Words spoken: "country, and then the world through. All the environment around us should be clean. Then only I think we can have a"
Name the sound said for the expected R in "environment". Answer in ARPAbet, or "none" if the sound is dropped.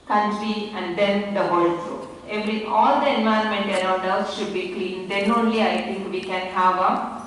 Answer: none